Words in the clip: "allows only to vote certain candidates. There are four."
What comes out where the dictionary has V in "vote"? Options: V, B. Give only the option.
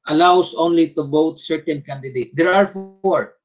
B